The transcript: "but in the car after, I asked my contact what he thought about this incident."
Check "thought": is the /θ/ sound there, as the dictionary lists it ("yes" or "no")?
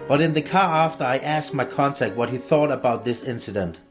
yes